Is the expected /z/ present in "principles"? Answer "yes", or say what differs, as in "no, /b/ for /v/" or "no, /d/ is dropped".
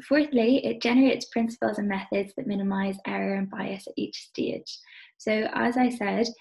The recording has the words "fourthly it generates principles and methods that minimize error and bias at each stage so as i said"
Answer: yes